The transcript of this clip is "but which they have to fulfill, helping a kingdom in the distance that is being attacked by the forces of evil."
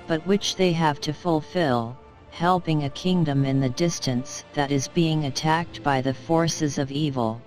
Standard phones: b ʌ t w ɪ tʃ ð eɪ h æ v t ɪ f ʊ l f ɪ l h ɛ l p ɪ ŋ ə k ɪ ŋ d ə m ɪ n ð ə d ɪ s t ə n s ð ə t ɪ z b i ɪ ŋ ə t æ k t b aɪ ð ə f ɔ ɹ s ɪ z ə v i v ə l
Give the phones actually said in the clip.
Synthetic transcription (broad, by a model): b ʌ t w ɪ tʃ ð eɪ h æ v t ɪ f ʊ l f ɪ l h ɛ l p ɪ ŋ ə k ɪ ŋ d ə m ɪ n ð ə d ɪ s t ə n s ð ə t ɪ z b i ɪ ŋ ə t æ k t b aɪ ð ə f ɔ ɹ s ɪ z ə v i v l